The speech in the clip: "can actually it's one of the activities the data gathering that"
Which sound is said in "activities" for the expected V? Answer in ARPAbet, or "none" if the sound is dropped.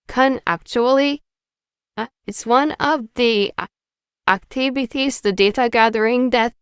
B